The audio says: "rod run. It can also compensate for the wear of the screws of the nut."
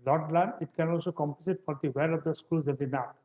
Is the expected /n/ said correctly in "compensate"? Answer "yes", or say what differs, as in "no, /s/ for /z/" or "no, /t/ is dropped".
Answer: no, /n/ is dropped